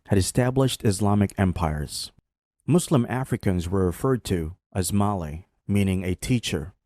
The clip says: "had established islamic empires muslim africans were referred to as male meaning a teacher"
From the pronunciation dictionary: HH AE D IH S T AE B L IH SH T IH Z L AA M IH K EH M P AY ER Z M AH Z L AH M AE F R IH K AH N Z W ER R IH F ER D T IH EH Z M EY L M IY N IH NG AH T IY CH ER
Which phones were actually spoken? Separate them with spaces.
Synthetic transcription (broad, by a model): HH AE D IH S T AE B L IH SH T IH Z L AA M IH K EH M P AY ER Z M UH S L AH M AE F R IH K AH N Z W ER R IH F ER D T IH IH Z M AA L M IY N IH NG AH T IY CH ER